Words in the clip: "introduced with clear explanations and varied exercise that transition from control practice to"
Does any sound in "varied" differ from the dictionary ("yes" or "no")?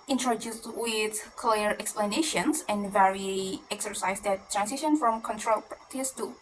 yes